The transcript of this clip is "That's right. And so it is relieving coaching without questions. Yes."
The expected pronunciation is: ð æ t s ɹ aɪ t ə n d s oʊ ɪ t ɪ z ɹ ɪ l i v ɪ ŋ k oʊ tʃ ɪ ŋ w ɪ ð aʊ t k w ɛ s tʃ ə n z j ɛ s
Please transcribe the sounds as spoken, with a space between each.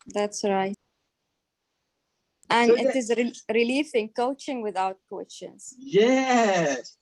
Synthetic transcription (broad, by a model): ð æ t s ɹ aɪ t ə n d ɪ t ɪ z ɹ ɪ l i f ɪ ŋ k oʊ tʃ ɪ ŋ w ɪ ð aʊ t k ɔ tʃ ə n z j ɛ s